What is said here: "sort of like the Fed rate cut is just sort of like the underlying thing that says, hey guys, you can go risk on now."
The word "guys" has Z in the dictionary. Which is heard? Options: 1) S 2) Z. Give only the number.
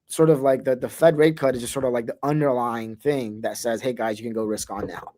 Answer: 2